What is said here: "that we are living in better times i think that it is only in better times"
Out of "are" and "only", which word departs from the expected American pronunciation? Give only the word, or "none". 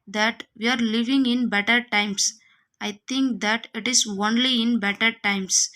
none